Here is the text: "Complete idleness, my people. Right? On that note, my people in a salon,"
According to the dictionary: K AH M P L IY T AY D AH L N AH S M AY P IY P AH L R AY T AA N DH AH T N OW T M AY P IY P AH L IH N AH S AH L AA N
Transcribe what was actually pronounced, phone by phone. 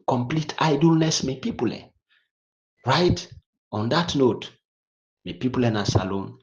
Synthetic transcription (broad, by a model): K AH M P L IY T AY D AH L N AH S M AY P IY P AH L R AY T AA N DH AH T N OW T M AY P IY P AH L IH N AH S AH L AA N